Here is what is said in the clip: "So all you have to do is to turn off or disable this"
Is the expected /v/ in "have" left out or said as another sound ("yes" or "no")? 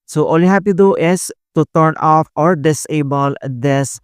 yes